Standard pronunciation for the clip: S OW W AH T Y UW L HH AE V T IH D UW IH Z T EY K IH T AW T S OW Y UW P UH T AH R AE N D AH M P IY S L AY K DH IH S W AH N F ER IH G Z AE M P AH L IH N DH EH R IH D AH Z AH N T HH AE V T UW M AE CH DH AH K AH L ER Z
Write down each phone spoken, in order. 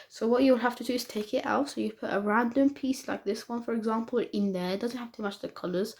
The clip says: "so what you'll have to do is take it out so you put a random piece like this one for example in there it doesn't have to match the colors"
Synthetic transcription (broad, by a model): S OW W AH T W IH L HH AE F T IH D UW IH Z T EY K IH T AW T S OW Y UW P UH T AH R AE N D AH M P IY S L AY K DH IH S W AH N F ER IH G Z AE M P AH L IH N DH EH R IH D AH Z AH N T HH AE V T UW M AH CH DH AH K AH L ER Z